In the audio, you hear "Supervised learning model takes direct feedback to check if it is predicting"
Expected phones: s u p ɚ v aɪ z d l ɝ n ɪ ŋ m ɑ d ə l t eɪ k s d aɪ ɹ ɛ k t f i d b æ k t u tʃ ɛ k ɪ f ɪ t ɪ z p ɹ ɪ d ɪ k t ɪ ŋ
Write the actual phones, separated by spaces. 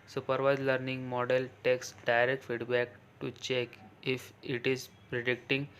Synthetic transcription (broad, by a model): s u p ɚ v aɪ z l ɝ n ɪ ŋ m ɑ d ə l t eɪ k s d aɪ ɹ ɛ k t f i d b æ k t u tʃ ɛ k ɪ f ɪ t ɪ z p ɹ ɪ d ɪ k t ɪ ŋ